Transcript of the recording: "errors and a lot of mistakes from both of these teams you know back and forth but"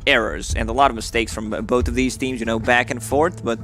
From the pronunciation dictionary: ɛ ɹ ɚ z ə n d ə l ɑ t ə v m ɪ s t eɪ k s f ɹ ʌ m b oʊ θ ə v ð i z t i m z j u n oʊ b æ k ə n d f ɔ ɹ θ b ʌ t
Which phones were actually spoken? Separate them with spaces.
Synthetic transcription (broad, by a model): ɛ ɹ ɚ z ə n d ə l ɑ t ə v m ɪ s t eɪ k s f ɹ ʌ m b oʊ θ ə v ð i z t i m z j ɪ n oʊ b æ k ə n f f ɔ ɹ θ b ʌ t